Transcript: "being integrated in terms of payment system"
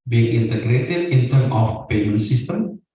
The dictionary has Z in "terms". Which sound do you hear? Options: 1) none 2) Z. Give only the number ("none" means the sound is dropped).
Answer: 1